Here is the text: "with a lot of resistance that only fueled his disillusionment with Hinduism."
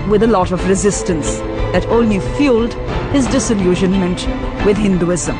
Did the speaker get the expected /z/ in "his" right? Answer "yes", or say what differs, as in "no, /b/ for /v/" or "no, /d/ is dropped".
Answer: yes